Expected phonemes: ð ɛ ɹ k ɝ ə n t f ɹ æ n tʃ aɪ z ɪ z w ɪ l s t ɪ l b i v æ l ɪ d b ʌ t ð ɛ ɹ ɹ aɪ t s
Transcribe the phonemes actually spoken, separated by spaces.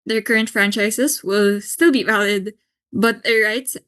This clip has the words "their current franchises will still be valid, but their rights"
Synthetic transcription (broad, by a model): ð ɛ ɹ k ɝ ə n t f ɹ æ n tʃ aɪ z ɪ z w ɪ l s t ɪ l b i v æ l ɪ d b ʌ t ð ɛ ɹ ɹ aɪ t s